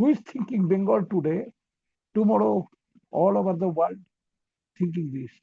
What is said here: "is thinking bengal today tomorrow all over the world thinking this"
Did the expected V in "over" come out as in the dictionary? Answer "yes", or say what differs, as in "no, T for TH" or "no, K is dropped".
no, B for V